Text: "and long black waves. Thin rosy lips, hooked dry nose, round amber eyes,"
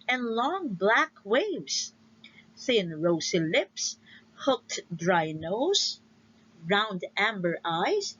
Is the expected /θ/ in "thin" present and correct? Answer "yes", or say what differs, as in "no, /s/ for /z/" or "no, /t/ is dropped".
yes